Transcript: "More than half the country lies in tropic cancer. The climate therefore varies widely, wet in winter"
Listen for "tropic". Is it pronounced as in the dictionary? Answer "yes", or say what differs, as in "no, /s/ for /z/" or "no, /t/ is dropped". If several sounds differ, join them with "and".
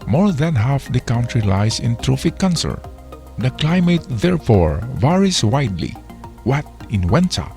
no, /f/ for /p/